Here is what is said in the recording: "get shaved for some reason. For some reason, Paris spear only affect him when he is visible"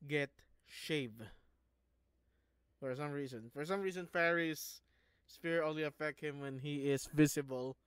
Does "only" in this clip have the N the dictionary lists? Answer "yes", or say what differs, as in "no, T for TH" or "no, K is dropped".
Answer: no, L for N